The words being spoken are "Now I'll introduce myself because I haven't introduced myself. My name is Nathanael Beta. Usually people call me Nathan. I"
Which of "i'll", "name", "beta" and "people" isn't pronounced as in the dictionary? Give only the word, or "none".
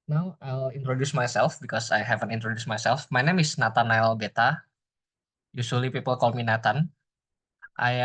none